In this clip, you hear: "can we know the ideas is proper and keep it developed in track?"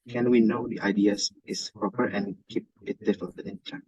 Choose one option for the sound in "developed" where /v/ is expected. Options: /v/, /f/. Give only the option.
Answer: /f/